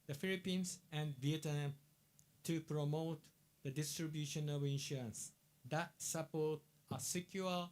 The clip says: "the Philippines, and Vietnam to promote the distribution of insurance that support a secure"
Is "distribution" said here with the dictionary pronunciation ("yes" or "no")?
yes